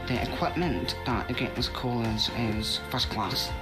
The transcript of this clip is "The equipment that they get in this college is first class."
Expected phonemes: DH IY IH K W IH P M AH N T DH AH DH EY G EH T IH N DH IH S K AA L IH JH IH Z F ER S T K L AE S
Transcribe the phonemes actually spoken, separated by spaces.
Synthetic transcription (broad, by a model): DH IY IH K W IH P M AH N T DH AH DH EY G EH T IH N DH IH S K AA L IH Z IH Z F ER S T K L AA S